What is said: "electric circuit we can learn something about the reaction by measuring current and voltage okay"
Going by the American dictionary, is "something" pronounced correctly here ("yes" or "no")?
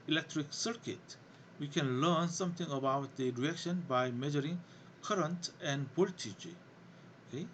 no